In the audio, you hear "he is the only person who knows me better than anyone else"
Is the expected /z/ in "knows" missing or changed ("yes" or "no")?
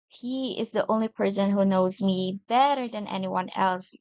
no